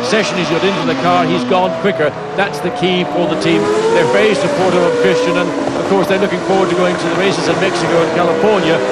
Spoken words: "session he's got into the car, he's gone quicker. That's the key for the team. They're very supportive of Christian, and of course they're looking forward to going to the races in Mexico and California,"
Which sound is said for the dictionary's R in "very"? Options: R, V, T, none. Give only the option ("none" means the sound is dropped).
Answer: none